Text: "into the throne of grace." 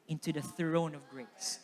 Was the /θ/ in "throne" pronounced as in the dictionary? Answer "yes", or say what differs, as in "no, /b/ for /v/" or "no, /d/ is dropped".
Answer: yes